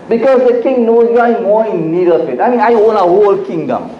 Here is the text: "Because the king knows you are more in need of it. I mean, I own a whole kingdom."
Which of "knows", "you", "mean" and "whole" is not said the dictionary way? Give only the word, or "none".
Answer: knows